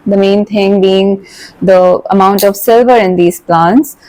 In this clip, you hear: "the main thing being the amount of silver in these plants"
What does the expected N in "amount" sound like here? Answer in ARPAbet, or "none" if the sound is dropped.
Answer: N